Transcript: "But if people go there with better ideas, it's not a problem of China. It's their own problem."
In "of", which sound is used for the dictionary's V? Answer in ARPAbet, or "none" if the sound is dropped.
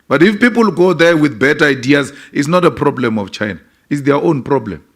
F